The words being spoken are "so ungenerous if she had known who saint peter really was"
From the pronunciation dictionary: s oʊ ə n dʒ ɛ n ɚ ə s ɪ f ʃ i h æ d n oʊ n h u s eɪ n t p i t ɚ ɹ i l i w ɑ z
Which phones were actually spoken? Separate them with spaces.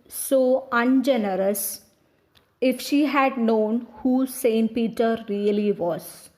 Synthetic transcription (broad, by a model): s oʊ ə n dʒ ɛ n ɚ ə s ɪ f ʃ i h æ d n oʊ n h u s eɪ n t p i t ɚ ɹ i l i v ɑ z